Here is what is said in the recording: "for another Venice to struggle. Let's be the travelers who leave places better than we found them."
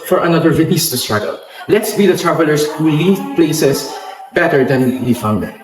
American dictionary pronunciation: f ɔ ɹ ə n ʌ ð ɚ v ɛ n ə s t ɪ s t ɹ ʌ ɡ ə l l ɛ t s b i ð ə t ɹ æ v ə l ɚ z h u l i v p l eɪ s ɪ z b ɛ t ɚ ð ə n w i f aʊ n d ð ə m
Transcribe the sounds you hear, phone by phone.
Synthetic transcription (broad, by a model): f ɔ ɹ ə n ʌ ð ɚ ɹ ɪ l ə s t ɪ s t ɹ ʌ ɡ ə l l ɛ t s b i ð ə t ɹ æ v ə l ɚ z h u l i v p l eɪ s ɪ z b ɛ t ɚ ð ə n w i f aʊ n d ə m